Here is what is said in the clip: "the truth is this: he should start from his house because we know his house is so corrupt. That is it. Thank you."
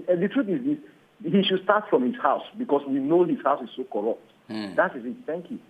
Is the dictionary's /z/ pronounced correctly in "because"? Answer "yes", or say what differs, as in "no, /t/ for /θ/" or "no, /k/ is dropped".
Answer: no, /s/ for /z/